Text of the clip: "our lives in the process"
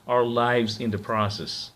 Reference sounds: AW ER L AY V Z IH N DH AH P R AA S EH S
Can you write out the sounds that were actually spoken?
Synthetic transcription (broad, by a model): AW ER L AY V Z IH N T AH P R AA S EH S